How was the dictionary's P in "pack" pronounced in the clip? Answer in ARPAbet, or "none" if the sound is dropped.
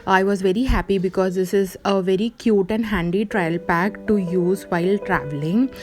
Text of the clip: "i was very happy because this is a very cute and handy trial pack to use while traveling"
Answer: P